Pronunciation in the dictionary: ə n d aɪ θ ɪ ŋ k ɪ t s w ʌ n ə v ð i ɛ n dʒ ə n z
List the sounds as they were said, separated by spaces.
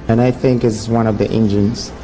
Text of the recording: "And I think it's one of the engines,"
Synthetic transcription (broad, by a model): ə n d aɪ θ ɪ ŋ k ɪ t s w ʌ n ə v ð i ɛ n dʒ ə n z